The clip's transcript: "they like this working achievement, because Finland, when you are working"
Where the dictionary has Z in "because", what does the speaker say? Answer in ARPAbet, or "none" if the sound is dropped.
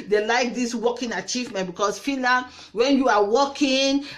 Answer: S